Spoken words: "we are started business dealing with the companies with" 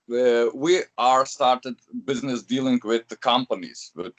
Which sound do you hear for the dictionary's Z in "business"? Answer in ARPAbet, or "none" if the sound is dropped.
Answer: Z